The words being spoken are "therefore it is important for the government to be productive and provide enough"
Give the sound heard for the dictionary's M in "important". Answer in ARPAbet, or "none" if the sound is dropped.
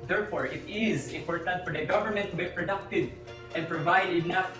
none